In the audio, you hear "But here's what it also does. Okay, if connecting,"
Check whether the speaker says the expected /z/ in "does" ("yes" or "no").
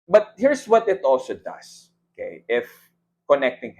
no